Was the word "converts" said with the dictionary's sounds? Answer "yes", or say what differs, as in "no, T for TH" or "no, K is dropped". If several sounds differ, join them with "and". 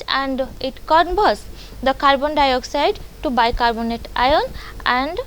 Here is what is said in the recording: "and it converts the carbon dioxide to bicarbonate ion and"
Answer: no, B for V